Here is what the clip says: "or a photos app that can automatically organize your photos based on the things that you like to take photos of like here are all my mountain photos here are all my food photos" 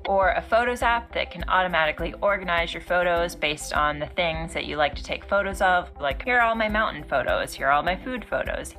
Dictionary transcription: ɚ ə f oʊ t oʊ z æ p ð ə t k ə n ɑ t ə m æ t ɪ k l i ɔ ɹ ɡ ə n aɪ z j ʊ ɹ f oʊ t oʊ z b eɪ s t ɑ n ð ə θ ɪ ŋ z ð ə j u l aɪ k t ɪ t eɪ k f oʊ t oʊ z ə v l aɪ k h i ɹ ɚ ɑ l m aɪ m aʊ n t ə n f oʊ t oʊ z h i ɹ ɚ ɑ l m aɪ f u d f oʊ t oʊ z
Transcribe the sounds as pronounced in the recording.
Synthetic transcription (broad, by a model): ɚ ə f oʊ t oʊ z æ p ð ə t k ə n ɑ t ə m æ t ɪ k l i ɔ ɹ ɡ ə n aɪ z j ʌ ɹ f oʊ t oʊ z b eɪ s t n ð ə θ ɪ ŋ z ð ə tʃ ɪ l aɪ k t ɪ t eɪ k f oʊ t oʊ z ə v l aɪ k h i ɹ ɑ l m aɪ m aʊ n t n f oʊ t oʊ z h i ɹ ɑ l m aɪ f u d f oʊ t oʊ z